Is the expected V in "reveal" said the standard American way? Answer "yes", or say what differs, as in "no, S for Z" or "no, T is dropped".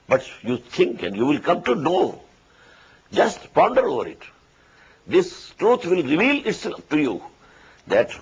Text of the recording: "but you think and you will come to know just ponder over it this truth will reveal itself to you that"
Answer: yes